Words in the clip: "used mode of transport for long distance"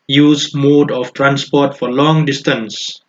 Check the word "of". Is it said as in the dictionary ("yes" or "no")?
no